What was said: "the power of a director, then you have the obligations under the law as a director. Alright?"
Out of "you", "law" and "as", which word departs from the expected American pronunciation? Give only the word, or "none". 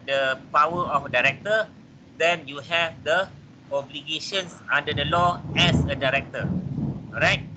as